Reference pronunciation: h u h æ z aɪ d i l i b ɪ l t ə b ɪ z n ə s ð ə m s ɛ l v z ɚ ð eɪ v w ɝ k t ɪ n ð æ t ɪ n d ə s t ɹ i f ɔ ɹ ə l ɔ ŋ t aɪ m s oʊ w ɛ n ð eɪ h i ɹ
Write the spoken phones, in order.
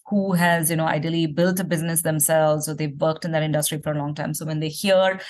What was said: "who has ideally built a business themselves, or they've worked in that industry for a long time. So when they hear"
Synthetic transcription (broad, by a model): h u h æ z aɪ d i l i b ɪ l t ə b ɪ z n ə s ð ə m s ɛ l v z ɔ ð eɪ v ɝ k t ɪ n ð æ t ɪ n d ə s t ɹ i f ɔ ɹ ə l ɔ ŋ t aɪ m s oʊ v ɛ n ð eɪ h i ɹ